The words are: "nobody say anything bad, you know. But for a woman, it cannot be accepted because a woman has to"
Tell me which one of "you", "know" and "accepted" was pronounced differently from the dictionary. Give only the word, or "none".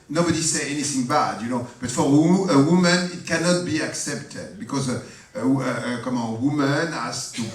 none